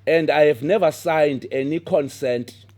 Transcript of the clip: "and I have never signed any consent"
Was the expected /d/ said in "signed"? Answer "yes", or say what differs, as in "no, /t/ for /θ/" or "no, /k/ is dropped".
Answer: yes